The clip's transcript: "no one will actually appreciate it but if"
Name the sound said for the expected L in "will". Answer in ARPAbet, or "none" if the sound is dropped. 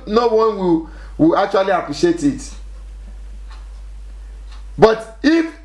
W